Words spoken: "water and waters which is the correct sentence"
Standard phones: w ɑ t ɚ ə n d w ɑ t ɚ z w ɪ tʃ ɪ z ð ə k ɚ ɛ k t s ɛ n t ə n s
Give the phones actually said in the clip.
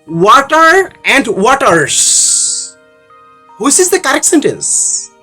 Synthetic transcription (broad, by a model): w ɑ t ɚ ə n d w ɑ t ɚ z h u s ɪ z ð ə k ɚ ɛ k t s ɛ n t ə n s